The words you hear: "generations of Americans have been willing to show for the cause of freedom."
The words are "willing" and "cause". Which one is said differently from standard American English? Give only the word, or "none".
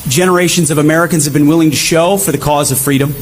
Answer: none